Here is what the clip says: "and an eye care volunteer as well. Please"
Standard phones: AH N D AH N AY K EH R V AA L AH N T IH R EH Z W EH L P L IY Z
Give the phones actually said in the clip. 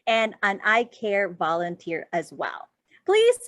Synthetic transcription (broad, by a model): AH N AH N AY K EH R V AA L AH N T IH R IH Z W EH L P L IY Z